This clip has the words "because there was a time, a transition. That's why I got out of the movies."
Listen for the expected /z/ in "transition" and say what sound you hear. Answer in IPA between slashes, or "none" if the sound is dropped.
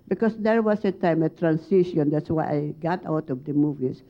/s/